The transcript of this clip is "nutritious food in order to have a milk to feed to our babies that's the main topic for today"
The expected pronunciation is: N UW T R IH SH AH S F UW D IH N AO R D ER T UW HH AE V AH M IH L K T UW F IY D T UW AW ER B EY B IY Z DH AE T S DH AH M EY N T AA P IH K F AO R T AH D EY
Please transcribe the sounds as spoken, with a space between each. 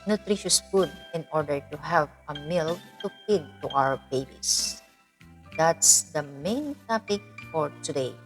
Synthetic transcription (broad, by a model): N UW T R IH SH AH S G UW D IH N AO R D ER T UW HH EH P AH M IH L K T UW P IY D T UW AW ER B EY B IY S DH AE T S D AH M EY N T AA P IH K F AO R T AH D EY